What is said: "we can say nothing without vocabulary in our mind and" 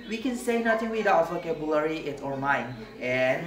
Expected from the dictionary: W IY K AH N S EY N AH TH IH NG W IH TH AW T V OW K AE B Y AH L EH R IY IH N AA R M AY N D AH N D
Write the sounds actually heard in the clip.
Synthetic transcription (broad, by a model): W IY K AH N S EY N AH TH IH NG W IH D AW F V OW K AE B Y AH L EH R IY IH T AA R M AY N AH N